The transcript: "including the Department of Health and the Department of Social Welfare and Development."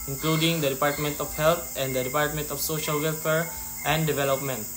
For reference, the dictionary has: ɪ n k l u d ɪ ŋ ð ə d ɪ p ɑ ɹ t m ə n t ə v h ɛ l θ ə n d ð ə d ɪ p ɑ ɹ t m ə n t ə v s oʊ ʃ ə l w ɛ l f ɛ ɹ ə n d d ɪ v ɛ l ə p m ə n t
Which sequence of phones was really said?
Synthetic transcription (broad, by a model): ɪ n k l u d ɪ ŋ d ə d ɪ p ɑ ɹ t m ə n t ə f h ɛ l t ə n d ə d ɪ p ɑ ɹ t m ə n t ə f s oʊ ʃ ə l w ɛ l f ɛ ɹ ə n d d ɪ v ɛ l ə p m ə n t